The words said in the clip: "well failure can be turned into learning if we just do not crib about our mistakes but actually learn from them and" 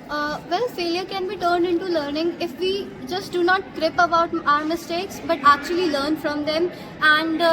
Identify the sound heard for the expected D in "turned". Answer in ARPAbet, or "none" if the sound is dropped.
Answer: D